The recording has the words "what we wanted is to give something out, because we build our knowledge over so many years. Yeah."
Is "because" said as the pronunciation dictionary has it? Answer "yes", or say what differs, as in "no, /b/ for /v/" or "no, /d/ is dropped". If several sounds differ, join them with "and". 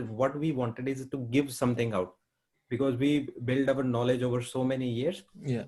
yes